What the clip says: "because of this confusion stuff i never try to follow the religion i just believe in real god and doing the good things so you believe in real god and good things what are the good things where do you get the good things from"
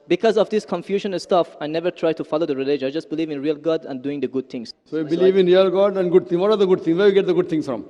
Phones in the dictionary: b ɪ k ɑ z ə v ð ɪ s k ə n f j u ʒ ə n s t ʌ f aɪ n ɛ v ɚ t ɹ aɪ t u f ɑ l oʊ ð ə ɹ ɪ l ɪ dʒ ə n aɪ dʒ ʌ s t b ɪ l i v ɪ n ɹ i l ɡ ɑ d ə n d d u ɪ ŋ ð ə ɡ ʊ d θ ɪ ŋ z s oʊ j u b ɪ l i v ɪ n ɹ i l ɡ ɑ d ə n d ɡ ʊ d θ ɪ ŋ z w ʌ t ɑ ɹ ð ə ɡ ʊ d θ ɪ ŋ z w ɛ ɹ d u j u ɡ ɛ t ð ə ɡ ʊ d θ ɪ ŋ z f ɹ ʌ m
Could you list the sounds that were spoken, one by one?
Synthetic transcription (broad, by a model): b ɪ k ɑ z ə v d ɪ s k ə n f j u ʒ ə n s t ʌ f aɪ n ɛ v ɚ t ɹ aɪ t u f ɑ l oʊ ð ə ɹ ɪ l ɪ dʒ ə ɪ dʒ ʌ s t b ɪ l i v ɪ n ɹ i l ɡ ɑ d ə n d d u ɪ ŋ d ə ɡ ʊ d t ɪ ŋ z s oʊ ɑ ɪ b ɪ l i v ɪ n ɹ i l ɡ ɑ d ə n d ɡ ʊ d t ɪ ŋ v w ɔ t ɑ ɹ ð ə ɡ ʊ d t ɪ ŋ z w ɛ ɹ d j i ɡ ɛ t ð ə ɡ ʊ d t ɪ ŋ s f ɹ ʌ m